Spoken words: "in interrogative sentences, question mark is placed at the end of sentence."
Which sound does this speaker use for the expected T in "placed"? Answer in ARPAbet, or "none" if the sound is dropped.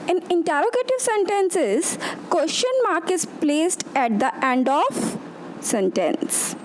T